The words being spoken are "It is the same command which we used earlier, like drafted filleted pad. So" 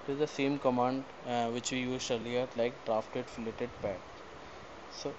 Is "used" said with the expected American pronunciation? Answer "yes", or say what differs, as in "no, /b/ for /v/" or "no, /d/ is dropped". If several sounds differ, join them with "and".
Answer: no, /d/ is dropped